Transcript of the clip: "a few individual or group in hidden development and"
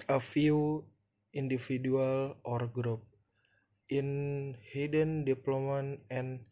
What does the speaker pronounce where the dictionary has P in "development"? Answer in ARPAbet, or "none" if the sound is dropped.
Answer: none